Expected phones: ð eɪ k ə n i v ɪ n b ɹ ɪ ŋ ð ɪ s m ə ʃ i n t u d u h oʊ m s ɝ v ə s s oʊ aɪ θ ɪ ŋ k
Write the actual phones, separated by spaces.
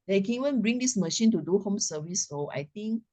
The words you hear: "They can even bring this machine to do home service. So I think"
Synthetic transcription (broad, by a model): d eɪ k ə n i w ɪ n b ɹ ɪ ŋ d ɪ s m ə ʃ i n t u d u h oʊ m s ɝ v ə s s oʊ aɪ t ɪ ŋ k